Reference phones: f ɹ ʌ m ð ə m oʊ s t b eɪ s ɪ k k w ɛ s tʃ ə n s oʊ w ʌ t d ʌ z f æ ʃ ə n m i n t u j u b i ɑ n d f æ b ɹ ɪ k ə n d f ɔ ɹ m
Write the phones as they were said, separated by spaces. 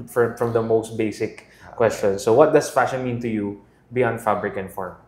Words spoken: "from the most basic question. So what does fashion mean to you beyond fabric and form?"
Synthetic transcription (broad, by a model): f ɹ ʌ m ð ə m oʊ s t b eɪ s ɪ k k w ɛ s tʃ ə n s oʊ w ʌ t d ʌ s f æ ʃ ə n m i n t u j u b i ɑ n f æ b ɹ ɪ k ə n f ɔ ɹ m